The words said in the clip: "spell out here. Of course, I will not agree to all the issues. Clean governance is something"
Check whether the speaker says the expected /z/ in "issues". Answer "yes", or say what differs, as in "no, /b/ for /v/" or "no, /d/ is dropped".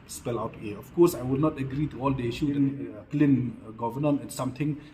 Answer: no, /z/ is dropped